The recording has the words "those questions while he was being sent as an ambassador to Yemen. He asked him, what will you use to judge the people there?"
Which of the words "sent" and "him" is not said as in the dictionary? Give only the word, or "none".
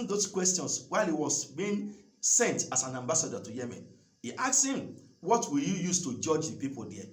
none